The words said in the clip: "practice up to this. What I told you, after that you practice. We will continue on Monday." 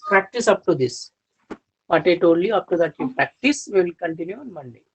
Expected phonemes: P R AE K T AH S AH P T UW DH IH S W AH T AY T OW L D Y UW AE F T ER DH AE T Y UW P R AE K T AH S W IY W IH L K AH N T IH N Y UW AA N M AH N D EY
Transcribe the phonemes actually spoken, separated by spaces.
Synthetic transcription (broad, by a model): P R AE K T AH S AH P T UW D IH S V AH T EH T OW D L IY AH P T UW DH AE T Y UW P R AE K T AH S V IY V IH L K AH N T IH N Y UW AA N M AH N D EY